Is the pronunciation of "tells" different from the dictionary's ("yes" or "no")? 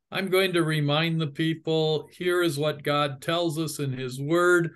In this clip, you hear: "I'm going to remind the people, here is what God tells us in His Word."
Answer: no